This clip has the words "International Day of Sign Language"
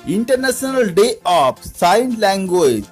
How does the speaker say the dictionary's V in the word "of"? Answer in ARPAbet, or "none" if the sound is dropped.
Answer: P